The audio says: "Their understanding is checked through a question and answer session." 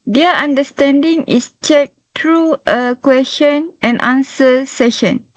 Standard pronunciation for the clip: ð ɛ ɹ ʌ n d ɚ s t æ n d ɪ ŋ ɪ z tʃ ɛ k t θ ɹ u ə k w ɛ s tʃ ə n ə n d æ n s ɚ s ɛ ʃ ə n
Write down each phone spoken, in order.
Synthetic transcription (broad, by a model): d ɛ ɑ n d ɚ s t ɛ n d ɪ ŋ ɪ s tʃ ɛ k t ɹ u ə k w ɛ s tʃ ə n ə n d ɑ n s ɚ s ɛ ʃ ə n